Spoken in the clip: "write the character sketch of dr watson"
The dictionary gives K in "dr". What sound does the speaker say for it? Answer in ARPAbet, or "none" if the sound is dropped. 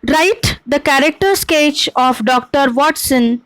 K